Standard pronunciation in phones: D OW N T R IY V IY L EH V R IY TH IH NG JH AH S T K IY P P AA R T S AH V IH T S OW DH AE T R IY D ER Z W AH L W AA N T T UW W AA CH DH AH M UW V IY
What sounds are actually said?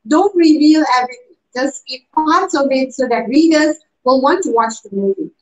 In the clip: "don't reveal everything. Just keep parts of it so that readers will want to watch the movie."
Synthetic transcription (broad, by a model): D OW N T R IY V IY L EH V IY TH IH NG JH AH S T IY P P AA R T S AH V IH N S OW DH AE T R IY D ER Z W AH L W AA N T T UW W AA CH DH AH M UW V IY